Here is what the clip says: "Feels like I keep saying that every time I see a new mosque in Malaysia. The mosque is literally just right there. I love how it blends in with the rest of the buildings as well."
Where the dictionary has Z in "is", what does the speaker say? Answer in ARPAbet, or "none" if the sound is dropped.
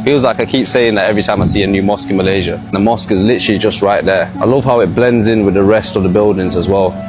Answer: Z